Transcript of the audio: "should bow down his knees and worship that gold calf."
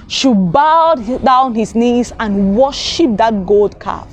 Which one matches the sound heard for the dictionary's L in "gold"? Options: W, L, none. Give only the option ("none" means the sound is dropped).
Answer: L